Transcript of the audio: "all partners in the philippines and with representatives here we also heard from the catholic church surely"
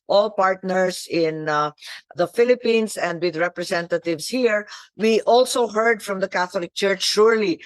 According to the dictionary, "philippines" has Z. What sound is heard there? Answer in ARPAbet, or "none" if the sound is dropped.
S